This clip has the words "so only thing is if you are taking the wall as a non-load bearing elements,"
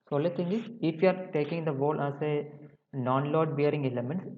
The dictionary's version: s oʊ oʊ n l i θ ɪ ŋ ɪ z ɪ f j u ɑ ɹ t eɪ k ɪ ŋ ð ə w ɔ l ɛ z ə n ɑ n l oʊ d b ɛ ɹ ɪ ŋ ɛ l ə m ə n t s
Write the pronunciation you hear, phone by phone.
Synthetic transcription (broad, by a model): s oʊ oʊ l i t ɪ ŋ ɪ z ɪ f j u ɑ ɹ t eɪ k ɪ ŋ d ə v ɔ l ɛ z ə n ɑ n l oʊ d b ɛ ɹ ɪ ŋ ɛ l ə m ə n t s